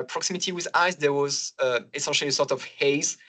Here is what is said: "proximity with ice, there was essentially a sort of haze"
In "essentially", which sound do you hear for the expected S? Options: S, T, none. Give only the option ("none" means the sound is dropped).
none